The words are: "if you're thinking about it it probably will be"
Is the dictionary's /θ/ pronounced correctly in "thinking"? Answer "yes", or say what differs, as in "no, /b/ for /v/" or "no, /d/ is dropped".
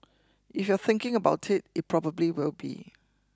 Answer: yes